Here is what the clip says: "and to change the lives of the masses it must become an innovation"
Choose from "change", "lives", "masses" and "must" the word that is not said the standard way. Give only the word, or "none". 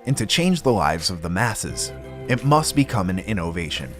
none